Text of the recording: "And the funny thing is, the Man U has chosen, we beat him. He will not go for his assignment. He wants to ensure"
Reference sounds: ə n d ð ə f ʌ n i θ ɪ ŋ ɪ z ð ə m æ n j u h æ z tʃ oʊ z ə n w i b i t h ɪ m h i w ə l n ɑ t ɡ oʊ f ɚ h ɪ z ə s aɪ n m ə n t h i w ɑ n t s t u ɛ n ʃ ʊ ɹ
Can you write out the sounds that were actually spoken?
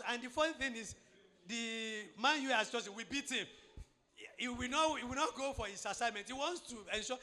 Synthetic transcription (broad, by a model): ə n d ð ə f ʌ θ ɪ ŋ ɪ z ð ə m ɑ n j u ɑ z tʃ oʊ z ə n w i b i t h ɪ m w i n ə w n ɑ t ɡ oʊ f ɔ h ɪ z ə s aɪ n m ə n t h i w ɑ n t s t u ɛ n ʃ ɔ